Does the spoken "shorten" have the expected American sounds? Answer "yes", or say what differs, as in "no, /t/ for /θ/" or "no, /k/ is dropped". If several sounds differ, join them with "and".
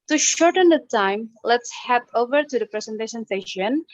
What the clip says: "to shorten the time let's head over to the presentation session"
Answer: yes